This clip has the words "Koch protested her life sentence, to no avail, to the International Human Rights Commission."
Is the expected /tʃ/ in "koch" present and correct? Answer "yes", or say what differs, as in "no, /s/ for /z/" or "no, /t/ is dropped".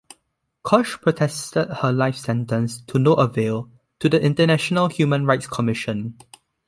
no, /ʃ/ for /tʃ/